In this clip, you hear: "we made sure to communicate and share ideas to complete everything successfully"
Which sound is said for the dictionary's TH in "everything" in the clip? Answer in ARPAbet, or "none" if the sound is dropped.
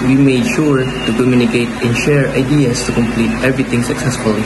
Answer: T